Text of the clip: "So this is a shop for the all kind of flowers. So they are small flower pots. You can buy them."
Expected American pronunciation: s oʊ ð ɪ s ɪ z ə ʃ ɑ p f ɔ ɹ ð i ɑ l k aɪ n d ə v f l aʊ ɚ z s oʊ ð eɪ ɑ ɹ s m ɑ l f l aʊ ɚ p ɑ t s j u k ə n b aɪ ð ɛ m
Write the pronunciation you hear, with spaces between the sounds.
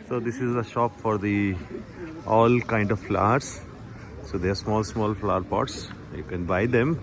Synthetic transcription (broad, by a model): s oʊ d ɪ s ɪ z ə ʃ ɑ p f ɔ ɹ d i ɑ l k aɪ n d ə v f l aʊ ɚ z s oʊ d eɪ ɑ l s m ɑ l f l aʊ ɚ p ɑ t s j u k ə n b aɪ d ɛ m